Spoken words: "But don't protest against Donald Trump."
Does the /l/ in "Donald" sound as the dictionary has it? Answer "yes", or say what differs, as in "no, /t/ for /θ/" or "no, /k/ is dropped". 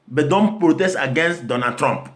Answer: no, /l/ is dropped